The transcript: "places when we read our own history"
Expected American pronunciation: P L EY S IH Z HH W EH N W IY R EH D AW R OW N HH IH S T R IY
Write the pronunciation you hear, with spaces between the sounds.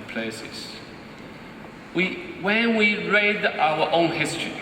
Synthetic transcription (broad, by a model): P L EY S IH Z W W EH N W IY R EH D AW W OW N HH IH S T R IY